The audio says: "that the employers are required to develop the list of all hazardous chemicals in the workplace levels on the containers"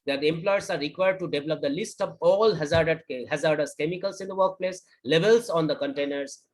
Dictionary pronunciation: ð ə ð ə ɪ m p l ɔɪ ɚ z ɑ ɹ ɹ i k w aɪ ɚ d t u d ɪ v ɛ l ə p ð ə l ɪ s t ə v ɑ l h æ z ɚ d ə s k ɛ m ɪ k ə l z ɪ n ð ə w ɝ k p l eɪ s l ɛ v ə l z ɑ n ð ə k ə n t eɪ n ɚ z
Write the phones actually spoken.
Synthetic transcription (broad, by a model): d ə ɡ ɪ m p l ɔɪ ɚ s ɑ ɹ ɹ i k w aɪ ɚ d t u d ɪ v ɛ l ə p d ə l ɪ s t ə v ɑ l h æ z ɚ d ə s k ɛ m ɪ k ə l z ɪ n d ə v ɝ k p l eɪ s l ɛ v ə l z ɑ n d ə k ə n t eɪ n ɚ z